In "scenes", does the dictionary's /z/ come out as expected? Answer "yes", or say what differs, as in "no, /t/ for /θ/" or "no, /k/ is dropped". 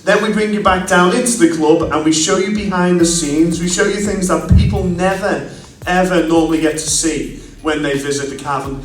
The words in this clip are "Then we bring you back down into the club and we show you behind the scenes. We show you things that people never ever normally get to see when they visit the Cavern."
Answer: yes